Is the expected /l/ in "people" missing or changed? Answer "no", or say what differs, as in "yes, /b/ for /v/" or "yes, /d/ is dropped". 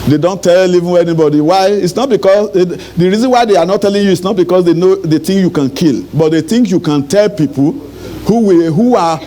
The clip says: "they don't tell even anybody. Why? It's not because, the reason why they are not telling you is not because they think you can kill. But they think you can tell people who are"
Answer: yes, /w/ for /l/